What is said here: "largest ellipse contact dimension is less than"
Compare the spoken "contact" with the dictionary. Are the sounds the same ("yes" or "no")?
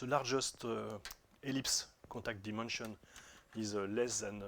no